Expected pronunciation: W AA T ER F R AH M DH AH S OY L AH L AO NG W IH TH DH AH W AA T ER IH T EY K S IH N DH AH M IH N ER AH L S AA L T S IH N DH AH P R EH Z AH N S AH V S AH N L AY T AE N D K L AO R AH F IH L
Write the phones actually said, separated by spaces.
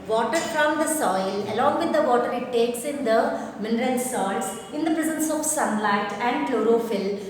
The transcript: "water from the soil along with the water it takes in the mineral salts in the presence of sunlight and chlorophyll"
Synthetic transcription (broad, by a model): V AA T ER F R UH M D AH S OY L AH L AO NG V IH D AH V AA T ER IH T EY K S IH N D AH M IH N ER AH L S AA T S IH N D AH P R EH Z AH N S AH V S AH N L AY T AE N D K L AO R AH F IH L